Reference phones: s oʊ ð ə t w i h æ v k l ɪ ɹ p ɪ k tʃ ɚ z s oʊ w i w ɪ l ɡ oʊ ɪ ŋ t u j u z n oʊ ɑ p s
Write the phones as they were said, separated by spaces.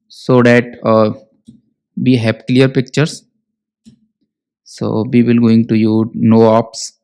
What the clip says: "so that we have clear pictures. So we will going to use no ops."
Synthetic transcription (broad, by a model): s oʊ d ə t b i h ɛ p k l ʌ ɹ p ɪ k tʃ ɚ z s oʊ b i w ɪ l ɡ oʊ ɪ ŋ t u j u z n oʊ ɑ p s